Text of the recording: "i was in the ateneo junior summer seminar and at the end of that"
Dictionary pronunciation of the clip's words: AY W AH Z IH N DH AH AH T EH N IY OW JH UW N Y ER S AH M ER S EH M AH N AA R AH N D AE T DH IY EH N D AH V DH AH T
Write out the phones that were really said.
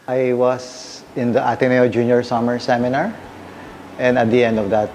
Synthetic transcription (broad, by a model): AY W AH S IH N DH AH AH T EH N IY OW JH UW N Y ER S AH M ER S EH M AH N AA R AH N D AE T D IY EH N D AH V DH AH T